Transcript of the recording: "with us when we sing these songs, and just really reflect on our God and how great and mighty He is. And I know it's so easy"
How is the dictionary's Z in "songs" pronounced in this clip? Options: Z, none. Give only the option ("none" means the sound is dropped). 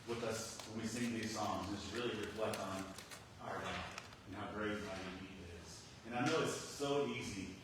Z